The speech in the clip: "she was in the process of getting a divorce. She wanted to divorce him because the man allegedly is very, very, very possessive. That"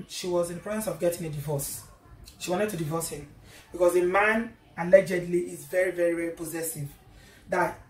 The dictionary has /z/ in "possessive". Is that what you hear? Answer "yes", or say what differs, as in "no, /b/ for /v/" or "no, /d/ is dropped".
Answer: yes